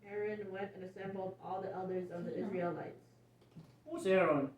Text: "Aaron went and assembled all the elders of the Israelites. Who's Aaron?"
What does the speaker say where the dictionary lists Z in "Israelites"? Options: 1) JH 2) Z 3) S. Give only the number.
2